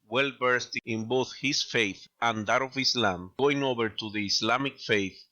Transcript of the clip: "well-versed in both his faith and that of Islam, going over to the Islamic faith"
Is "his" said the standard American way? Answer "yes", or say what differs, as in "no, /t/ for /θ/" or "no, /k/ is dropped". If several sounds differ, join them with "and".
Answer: no, /s/ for /z/